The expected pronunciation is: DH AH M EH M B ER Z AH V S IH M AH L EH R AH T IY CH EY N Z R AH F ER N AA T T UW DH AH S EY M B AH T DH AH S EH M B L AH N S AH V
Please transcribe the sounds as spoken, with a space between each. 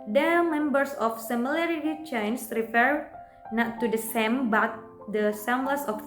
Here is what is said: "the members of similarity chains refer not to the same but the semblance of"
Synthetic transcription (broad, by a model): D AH M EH M B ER S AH F S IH M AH L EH R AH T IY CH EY N S R AH F ER N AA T T UW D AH S EY M B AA T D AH S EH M L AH S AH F